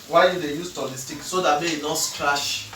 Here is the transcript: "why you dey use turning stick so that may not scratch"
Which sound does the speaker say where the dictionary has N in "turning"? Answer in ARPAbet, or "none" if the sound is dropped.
L